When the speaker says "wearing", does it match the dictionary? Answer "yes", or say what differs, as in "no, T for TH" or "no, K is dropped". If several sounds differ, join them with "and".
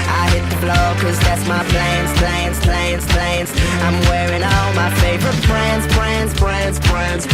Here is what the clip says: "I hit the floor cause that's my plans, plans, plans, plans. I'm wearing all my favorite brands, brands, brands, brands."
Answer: yes